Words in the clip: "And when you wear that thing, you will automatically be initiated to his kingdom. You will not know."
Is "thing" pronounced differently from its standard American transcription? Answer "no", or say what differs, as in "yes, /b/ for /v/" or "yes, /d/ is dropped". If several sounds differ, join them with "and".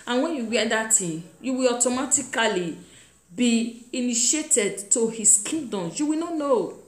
yes, /t/ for /θ/